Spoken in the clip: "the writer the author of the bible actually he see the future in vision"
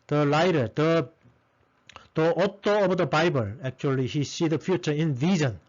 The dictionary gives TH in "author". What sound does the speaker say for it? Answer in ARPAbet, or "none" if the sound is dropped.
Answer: T